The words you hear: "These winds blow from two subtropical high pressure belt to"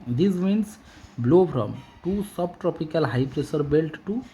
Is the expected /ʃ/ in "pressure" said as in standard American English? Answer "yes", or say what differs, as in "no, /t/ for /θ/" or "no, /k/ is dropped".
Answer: no, /s/ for /ʃ/